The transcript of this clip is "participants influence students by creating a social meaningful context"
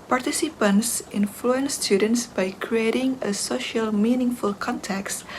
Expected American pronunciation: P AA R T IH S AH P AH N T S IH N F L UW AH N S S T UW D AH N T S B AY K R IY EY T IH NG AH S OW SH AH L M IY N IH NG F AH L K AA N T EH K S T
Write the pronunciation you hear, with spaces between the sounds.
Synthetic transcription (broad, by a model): P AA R T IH S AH P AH N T S IH N F L UW AH N S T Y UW D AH N T S B AY K R IY EY T IH NG AH S OW SH AH L M IY N IH NG F AH L K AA N T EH K S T